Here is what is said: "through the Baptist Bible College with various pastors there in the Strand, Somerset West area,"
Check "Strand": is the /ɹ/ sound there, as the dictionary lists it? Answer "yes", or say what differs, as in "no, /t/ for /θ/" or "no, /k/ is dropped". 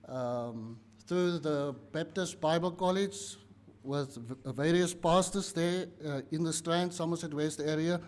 yes